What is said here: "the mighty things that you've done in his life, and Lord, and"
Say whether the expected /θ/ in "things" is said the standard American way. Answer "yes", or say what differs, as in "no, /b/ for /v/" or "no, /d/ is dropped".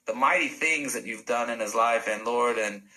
yes